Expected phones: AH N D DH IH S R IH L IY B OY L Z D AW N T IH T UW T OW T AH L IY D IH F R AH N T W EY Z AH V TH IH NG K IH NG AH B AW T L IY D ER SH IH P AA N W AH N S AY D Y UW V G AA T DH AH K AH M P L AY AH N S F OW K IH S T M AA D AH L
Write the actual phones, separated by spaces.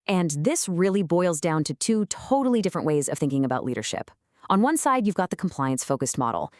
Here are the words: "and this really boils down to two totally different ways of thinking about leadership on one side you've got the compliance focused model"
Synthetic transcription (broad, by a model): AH N DH IH S R IH L IY B OY L Z D AW N T IH T UW T OW T L IY D IH F R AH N T W EY Z AH V TH IH NG K IH NG AH B AW T L IY D ER SH IH P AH N W AH N S AY D Y UW V G AA T DH AH K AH M P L AY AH N S F OW K IH S T M AA D L